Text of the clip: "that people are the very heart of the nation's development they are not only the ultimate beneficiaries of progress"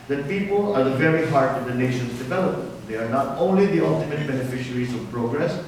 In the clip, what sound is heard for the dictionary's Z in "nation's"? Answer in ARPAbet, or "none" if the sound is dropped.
S